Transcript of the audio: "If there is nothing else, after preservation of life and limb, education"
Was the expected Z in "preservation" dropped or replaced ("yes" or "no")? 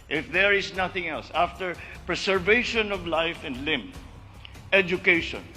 yes